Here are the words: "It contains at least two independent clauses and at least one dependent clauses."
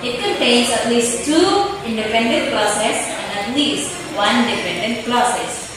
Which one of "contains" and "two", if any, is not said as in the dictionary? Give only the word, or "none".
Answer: contains